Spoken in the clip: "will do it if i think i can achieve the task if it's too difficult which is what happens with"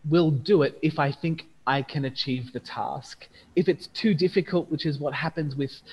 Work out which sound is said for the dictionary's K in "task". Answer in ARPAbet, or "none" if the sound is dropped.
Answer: K